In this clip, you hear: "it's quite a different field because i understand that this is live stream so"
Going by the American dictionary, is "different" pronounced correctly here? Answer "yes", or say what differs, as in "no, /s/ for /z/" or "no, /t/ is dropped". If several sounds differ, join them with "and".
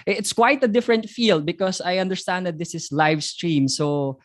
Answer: yes